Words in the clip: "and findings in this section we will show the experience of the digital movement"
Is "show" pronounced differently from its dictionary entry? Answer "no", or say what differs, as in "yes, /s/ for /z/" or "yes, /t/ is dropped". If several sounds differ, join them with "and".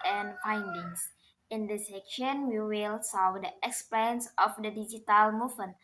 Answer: yes, /s/ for /ʃ/